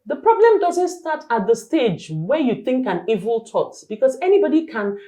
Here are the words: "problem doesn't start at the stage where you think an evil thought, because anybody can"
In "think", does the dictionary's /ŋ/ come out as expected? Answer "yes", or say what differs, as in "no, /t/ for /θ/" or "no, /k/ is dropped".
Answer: yes